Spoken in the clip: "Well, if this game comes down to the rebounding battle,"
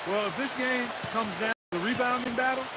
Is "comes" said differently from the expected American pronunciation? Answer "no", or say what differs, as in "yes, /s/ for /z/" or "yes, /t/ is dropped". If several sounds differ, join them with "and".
no